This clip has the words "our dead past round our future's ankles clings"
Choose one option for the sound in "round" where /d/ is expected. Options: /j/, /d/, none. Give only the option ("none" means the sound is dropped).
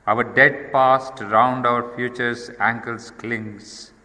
/d/